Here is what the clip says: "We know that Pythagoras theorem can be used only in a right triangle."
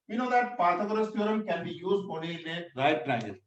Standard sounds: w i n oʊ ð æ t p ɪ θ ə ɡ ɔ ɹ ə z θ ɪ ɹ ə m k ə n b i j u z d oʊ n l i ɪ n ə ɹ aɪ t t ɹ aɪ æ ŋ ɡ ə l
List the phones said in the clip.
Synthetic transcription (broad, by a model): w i n oʊ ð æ t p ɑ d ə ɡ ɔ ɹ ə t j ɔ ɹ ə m k ə n b i j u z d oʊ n i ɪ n ə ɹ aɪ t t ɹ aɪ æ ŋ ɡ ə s